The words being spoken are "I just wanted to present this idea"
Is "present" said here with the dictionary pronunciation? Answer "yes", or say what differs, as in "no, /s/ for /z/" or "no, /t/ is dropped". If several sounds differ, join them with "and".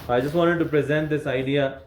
yes